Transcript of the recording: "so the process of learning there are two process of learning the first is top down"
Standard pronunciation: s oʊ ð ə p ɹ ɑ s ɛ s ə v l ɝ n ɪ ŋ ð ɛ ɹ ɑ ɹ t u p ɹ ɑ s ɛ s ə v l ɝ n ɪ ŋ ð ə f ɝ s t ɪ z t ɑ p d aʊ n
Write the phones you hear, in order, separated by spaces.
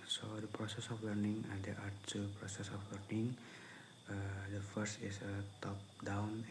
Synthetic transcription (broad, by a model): s oʊ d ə p ɹ ɑ s ɛ s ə f l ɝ n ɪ ŋ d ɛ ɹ ɑ ɹ t u p ɹ ɑ s ɛ s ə f l ɝ n ɪ ŋ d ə f ɝ s t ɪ s t ɑ p d aʊ n